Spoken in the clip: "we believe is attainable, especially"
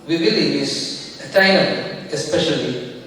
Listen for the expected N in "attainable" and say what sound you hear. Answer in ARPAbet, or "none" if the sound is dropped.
none